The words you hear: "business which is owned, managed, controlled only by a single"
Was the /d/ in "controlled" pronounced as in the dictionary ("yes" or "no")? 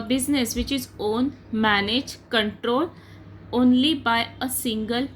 no